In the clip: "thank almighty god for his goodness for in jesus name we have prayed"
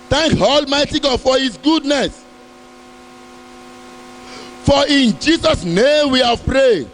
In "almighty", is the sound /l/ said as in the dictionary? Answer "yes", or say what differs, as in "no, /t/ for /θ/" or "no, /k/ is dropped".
yes